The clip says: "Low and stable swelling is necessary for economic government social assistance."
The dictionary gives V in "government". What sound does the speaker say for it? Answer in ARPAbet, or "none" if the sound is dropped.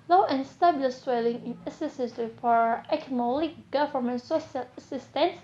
F